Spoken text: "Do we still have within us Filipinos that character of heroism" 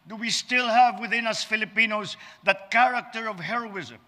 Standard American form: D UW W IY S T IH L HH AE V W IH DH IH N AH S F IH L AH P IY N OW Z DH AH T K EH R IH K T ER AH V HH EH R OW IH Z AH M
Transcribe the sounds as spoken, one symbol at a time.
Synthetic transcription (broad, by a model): D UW W IY S T IH L HH AE V W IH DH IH N AH S F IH L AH P IY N OW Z DH AH T K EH R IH K T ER AH V HH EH R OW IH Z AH M